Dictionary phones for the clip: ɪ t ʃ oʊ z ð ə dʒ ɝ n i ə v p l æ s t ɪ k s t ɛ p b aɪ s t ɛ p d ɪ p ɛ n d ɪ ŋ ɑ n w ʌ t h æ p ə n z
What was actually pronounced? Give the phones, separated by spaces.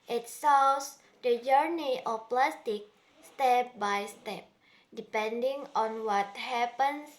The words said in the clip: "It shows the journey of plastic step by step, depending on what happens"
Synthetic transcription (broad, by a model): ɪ t s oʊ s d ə dʒ ɝ n i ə f p l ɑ s t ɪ k s t ɛ p b aɪ s t ɛ p d ɪ p ɛ n d ɪ ŋ ɑ n w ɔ t h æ p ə n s